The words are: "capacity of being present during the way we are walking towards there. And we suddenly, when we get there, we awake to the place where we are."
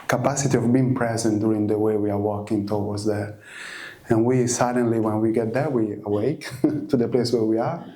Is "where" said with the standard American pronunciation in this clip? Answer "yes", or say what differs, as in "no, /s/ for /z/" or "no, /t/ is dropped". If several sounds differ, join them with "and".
yes